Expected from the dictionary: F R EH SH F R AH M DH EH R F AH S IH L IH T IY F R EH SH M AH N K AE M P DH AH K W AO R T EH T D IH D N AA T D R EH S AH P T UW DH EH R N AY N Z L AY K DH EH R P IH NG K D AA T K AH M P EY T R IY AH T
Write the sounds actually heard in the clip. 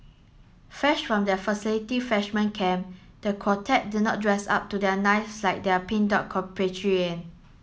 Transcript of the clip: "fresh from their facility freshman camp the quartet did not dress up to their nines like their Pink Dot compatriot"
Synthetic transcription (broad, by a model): F EH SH F R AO M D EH F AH S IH L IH T IY F EH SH M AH N K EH M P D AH K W AO T EH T D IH N AA T D R EH S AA P T UW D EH N AY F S L AY K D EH P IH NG D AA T K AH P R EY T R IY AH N